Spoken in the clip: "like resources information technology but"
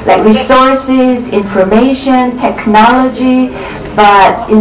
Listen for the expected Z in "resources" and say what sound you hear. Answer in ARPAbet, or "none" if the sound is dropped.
Z